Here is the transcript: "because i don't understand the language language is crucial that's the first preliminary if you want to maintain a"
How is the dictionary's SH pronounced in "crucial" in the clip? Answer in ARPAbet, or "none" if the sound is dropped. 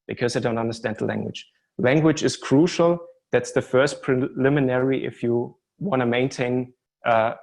SH